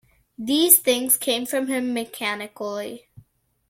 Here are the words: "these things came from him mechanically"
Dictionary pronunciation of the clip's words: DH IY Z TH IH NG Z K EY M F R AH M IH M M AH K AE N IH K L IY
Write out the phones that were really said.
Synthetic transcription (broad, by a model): DH IY Z TH IH NG Z K EY M F R AH M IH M M AH K AE N IH K L IY